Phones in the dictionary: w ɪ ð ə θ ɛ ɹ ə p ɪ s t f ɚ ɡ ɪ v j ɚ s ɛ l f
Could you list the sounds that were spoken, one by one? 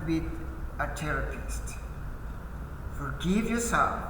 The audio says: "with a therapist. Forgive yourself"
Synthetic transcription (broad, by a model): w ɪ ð ə t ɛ ɹ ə p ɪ s t f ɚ ɡ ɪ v j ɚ s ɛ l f